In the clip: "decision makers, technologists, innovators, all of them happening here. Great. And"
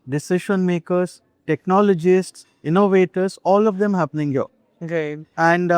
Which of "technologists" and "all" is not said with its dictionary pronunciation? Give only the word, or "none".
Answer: none